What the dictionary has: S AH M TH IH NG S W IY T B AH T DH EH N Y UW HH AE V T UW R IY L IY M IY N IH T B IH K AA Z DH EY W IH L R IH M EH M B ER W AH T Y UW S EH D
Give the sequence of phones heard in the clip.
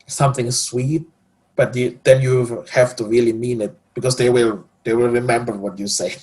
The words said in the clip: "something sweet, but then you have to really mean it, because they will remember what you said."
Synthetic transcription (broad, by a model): S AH M TH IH NG S W IY T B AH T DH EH N Y UW HH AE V T UW R IY L IY M IY N IH T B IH K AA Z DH EY W IH L R IH M EH M B ER W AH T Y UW S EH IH